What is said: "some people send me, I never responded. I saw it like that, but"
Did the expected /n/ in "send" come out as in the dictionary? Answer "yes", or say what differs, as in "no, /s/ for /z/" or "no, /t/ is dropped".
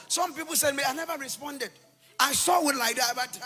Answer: no, /n/ is dropped